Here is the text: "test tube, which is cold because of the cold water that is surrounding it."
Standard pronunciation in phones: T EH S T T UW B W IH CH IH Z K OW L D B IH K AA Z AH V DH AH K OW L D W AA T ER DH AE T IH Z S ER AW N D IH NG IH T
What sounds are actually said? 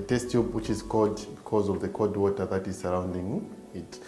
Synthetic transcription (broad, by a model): T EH S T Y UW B W IH CH IH Z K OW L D B IH K AA Z AH V DH AH K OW D W AA T ER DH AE T IH Z S ER AW N D IH NG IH T